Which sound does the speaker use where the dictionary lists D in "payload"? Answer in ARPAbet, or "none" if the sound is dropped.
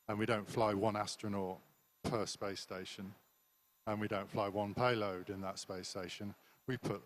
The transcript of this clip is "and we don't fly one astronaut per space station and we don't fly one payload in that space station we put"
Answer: D